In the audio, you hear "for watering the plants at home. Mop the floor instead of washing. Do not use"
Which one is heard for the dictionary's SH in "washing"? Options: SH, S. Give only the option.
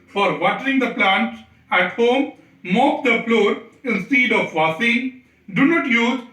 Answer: S